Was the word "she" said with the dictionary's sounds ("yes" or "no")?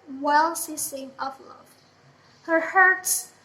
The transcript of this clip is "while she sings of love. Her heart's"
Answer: no